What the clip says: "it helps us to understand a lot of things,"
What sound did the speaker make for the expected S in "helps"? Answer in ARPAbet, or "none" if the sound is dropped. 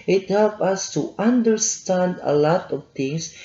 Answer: none